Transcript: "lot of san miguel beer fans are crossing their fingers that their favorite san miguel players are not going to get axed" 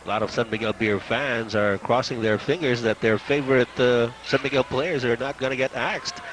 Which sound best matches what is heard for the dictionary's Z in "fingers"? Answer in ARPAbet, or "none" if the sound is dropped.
Z